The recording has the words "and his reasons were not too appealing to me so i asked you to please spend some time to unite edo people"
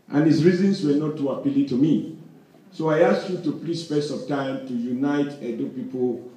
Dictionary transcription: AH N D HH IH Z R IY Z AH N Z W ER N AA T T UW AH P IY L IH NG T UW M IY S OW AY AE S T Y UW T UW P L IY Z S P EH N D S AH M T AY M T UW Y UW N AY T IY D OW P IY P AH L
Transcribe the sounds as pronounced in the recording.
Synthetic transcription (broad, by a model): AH N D HH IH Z R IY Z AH N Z W ER N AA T T UW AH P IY L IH T UW M IY S OW AY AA S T Y UW T UW P L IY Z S F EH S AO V T AY M T UW Y UW N AY T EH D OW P IY P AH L